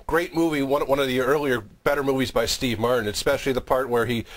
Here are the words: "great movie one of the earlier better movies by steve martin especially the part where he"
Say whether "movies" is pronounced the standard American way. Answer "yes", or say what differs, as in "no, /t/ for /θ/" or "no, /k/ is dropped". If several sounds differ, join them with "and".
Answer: yes